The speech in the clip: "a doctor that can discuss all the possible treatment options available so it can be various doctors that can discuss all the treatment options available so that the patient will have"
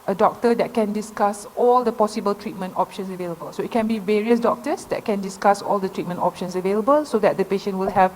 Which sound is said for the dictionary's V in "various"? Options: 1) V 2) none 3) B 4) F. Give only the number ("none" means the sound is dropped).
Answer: 1